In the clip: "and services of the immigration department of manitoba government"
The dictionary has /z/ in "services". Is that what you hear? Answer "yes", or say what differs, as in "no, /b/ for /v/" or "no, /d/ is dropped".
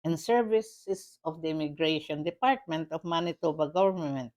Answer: no, /s/ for /z/